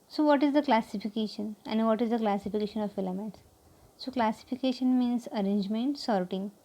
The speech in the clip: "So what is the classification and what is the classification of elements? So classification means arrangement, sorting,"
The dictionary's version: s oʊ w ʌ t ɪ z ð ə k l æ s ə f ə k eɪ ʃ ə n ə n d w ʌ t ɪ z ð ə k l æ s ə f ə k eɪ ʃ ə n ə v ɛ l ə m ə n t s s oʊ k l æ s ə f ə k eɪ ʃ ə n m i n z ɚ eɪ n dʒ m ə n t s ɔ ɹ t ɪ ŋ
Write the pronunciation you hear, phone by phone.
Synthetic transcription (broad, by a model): s oʊ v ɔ t ɪ z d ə k l æ s ə f ə k eɪ ʃ ə n ə n d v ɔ t ɪ z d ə k l æ s ə f ə k eɪ ʃ ə n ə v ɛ l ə m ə t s s oʊ k l æ s ə f ə k eɪ ʃ ə n m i n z ɚ eɪ n dʒ m ə n t s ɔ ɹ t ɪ ŋ